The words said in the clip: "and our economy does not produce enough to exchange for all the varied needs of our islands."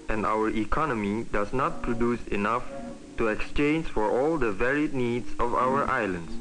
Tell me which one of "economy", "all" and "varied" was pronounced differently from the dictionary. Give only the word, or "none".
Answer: none